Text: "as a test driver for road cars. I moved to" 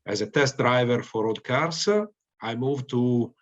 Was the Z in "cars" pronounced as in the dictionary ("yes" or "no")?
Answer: no